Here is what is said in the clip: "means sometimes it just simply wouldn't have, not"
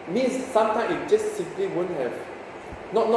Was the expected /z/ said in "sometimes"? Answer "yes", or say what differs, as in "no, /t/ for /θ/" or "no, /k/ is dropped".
no, /z/ is dropped